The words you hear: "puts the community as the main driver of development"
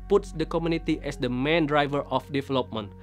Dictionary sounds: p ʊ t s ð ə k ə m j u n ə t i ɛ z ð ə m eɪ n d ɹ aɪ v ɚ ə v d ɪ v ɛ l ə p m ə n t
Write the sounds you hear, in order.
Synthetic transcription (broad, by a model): p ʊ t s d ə k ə m j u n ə t i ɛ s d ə m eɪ n d ɹ aɪ v ɚ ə f d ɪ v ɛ l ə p m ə n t